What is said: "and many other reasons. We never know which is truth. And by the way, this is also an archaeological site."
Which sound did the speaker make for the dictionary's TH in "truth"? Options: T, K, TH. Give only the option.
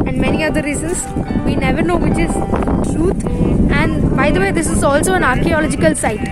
T